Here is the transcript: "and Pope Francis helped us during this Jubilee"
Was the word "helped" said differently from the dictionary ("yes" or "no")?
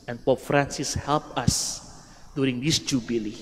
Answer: yes